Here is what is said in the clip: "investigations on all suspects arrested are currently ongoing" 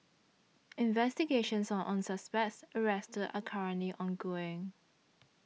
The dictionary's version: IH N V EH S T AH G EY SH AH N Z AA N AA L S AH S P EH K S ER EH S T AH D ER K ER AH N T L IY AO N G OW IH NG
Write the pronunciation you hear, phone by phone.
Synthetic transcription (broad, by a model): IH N V EH S T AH G EY SH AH N S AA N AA N S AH S P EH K S ER EH S T AH D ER K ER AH N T L IY AO N G OW IH NG